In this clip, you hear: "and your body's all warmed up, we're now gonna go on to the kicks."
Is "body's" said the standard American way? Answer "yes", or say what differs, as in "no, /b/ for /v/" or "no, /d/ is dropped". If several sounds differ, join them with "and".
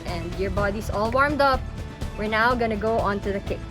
no, /s/ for /z/